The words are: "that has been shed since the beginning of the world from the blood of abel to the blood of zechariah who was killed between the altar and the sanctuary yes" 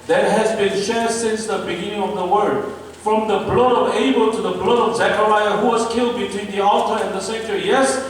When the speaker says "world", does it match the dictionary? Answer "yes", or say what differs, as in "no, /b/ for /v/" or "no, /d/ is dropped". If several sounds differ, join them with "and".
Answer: no, /l/ is dropped